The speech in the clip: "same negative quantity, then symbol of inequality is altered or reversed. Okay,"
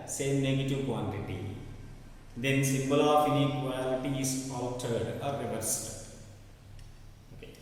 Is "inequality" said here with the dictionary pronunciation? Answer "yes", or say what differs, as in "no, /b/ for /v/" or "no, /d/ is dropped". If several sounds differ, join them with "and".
no, /k/ is dropped